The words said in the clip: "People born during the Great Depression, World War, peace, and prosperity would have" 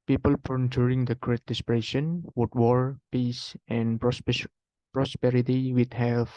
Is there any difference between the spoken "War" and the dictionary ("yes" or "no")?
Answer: no